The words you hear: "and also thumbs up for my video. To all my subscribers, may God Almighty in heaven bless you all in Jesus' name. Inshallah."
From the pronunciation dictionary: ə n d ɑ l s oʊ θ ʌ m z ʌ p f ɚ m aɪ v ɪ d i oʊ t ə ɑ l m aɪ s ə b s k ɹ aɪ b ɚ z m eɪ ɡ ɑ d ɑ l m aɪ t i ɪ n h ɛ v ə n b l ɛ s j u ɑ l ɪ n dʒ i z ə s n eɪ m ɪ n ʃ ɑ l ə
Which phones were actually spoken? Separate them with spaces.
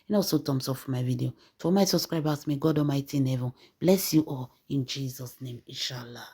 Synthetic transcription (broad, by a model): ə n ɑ s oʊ t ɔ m s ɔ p f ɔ m aɪ v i d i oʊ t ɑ m aɪ s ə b s k ɹ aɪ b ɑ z m eɪ ɡ ɑ d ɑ m aɪ t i ɪ n h ɛ v ə n b l ɛ s j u ɑ l ɪ n dʒ i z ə s n eɪ m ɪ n ʃ ɑ l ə